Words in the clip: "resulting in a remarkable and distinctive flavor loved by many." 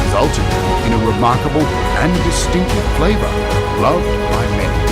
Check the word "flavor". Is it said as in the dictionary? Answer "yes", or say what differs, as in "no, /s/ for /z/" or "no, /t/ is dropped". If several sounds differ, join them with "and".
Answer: yes